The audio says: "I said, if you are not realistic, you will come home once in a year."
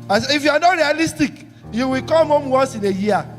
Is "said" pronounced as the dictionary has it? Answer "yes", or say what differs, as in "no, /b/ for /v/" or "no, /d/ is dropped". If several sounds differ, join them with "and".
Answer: no, /d/ is dropped